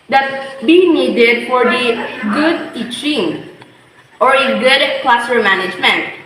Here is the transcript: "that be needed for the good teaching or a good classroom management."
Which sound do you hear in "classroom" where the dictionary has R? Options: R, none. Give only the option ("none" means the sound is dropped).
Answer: none